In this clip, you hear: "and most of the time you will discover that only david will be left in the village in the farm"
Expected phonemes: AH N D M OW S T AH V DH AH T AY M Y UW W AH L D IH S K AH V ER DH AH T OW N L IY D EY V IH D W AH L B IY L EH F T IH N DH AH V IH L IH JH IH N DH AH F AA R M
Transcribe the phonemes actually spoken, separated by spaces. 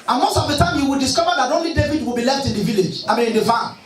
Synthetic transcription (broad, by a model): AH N M OW S T AH V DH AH T AY M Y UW W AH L D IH S K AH V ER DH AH T OW N L IY D EY V IH D W AH L B IY L EH F T IH N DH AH V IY L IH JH IH N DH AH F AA